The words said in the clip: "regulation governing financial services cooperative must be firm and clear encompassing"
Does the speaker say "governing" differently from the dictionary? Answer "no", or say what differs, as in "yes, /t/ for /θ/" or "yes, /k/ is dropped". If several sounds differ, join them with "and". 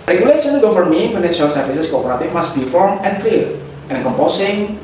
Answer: yes, /f/ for /v/